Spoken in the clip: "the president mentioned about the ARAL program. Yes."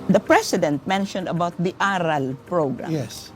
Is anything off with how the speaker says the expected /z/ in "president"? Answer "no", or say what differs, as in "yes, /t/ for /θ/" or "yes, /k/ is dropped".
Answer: yes, /s/ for /z/